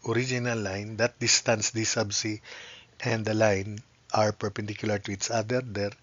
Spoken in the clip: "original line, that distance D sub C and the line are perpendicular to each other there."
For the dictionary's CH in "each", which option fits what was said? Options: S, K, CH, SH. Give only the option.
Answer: S